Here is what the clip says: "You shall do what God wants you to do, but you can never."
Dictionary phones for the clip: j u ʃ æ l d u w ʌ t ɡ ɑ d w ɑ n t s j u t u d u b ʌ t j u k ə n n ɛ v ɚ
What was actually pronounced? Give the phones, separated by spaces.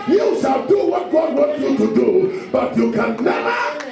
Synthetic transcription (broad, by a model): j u s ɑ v d u w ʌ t ɡ ɑ d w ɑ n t j u t u d u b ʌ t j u k ə n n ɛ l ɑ